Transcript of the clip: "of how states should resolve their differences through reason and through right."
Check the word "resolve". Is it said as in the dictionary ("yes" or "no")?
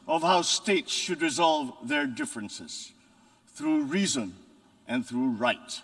yes